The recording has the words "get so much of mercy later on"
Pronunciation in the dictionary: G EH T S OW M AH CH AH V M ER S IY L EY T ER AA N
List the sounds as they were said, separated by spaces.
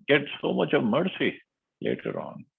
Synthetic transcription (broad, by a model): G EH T S OW M AH CH AH V M ER S IY L EY T ER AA N